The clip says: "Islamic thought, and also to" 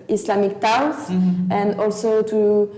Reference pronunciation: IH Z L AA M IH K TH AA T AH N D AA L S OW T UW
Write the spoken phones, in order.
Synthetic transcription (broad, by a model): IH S L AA M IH K T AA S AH N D AA L S OW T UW